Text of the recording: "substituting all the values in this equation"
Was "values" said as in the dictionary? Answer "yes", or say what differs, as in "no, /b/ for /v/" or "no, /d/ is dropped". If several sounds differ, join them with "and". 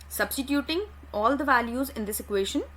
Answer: yes